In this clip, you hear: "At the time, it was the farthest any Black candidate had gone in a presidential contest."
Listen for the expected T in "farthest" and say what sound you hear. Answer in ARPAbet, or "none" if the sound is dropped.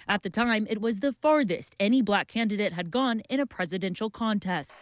T